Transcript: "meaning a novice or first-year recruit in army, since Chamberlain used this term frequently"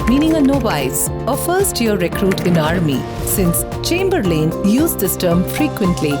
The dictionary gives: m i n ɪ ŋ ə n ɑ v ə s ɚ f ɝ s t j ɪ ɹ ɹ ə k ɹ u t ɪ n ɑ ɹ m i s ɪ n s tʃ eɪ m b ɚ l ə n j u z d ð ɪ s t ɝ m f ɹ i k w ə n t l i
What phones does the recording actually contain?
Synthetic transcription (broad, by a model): m i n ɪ ŋ ə n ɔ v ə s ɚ f ɝ s t j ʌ ɹ ɹ ə k ɹ u t ɪ n ɑ ɹ m i s ɪ n s tʃ eɪ m b ɚ l ə n j u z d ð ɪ s t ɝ m f ɹ i k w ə n t l i